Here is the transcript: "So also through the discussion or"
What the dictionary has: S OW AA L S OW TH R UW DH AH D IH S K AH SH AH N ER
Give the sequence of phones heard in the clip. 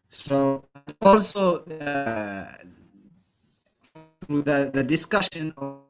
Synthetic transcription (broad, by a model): S OW AA L S OW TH R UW DH AH D IH S K AH SH AH N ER